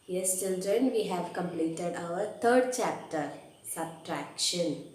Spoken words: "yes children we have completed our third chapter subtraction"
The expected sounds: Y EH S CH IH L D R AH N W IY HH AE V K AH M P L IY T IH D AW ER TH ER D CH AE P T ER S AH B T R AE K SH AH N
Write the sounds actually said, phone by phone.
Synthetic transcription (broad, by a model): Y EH S CH IH L D R AH N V IY HH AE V K AH M P L IY T IH D AW ER T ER D CH AE P T ER S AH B T R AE K SH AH N